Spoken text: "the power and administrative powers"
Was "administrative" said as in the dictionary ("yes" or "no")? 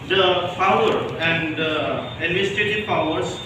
no